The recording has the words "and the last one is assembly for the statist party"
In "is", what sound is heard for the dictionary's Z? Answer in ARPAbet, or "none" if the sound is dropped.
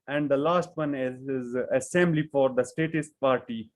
Z